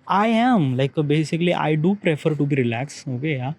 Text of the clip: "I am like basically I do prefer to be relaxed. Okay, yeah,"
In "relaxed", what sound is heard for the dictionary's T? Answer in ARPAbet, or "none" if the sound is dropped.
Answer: none